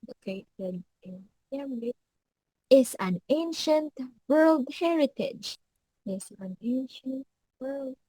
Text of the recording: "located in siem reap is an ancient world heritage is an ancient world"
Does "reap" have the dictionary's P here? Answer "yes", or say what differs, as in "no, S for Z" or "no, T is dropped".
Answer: no, P is dropped